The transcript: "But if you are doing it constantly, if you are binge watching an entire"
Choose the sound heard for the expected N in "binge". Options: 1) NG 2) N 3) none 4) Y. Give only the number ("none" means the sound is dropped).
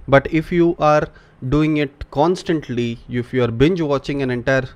2